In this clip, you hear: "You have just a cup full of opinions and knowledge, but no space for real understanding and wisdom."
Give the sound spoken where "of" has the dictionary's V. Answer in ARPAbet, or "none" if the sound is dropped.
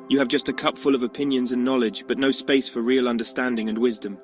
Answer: V